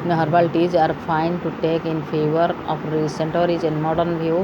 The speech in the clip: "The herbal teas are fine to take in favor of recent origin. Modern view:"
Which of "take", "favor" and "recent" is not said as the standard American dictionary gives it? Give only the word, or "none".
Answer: none